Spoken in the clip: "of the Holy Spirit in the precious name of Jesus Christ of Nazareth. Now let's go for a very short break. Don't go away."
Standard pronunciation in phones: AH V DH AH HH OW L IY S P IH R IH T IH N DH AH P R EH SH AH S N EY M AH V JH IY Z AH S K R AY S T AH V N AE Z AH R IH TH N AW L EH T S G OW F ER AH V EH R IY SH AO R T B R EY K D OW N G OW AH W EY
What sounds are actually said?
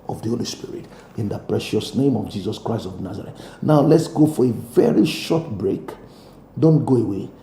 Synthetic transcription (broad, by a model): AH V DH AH HH OW L IY S P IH R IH T IH N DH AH P R EH SH AH S N EY M AH V JH IY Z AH S K R AY S T AH V N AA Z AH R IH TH N AW L EH T S G OW F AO AH V EH R IY SH AO T B R EY K D OW N G OW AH W EY